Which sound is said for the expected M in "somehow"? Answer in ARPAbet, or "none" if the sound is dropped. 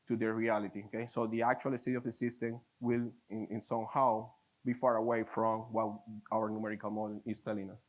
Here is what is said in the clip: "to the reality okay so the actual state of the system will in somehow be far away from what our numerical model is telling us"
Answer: M